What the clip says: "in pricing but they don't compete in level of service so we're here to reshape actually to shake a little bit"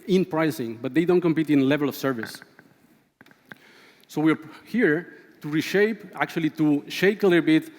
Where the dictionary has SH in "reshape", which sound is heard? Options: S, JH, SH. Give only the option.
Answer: SH